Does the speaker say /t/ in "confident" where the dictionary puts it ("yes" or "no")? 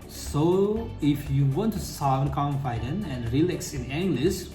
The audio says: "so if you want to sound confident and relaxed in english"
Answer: no